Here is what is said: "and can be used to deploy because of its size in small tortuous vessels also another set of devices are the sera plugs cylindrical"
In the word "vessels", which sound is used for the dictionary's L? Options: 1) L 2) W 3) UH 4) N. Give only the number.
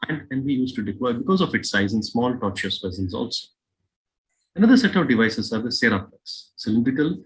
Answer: 4